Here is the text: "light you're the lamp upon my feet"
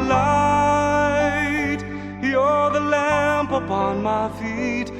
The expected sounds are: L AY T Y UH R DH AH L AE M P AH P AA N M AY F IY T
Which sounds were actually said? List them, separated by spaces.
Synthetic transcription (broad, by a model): L AY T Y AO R DH AH L AE M P AH P AA N M AY F IY T